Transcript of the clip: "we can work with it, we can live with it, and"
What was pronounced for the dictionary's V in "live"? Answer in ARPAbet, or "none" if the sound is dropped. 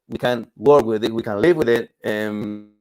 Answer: V